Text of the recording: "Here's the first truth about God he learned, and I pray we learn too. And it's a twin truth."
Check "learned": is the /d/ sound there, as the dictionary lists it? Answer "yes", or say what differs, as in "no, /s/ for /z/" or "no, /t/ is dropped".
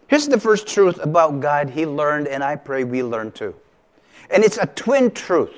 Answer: yes